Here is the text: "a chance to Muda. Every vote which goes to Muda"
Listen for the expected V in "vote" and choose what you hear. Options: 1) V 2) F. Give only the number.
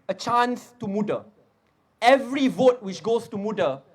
1